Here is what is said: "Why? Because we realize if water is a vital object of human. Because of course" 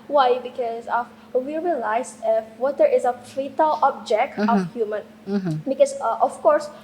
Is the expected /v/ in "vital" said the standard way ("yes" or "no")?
no